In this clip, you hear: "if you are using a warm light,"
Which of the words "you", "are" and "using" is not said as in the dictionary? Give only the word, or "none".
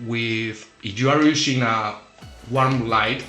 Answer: using